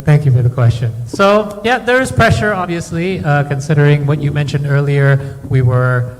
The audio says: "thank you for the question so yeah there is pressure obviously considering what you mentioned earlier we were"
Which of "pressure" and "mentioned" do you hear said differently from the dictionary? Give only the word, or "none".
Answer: none